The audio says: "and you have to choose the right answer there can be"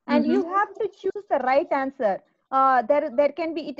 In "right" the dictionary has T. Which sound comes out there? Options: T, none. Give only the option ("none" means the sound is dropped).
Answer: T